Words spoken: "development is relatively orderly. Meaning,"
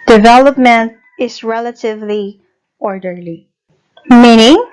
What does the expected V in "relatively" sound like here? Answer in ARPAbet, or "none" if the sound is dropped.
V